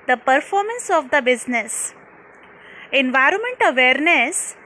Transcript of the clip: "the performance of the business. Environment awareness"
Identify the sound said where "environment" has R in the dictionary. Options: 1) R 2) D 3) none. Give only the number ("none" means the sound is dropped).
1